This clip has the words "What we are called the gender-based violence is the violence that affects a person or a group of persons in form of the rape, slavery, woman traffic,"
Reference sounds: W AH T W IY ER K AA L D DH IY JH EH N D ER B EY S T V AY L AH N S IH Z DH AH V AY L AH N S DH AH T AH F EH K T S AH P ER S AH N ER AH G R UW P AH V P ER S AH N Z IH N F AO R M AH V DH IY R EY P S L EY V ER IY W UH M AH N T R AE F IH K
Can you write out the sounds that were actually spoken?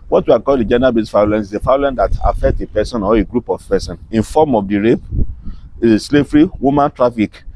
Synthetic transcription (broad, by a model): W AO T W IY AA K AA L D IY JH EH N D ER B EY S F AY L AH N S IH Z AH F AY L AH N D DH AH T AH F EH K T AH P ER S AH N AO AH G R UW P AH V P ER S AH N IH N F AO M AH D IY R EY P S L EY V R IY W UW M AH N T R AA F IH K